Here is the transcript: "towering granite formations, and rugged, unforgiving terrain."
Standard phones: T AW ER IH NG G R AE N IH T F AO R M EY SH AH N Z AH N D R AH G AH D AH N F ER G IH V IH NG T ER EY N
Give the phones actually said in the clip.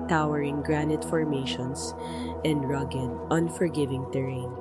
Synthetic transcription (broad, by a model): T AW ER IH NG G R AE N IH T F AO R M EY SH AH N S AH N D R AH G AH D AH N F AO G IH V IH NG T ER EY N